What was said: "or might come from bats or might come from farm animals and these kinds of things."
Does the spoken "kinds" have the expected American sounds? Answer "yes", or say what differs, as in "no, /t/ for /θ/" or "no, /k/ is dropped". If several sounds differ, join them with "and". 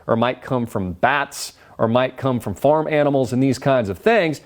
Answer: yes